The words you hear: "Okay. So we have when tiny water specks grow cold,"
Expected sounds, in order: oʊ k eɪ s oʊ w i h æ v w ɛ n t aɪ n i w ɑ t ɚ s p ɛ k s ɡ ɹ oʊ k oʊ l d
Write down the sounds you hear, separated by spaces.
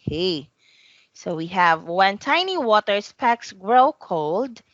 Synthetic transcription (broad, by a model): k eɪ s oʊ w i h æ v w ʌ n t aɪ n i w ɑ t ɚ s p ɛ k s ɡ ɹ oʊ k oʊ l d